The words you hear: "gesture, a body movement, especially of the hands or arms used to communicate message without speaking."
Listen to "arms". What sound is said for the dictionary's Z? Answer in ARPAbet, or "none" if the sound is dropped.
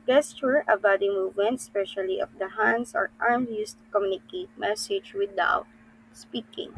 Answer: none